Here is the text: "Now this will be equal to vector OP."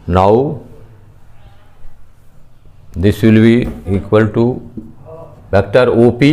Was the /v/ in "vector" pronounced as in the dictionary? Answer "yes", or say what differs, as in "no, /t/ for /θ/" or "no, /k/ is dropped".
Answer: no, /p/ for /v/